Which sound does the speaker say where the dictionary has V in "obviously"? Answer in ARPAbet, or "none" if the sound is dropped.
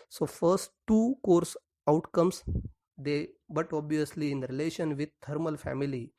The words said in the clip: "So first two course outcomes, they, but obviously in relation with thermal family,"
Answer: V